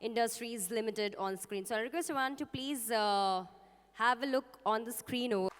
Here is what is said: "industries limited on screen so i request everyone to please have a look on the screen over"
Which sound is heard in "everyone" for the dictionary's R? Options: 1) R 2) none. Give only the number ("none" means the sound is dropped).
2